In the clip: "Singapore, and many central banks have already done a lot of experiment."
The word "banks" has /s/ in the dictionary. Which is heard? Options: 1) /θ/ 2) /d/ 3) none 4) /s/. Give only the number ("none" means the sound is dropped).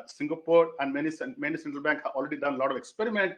3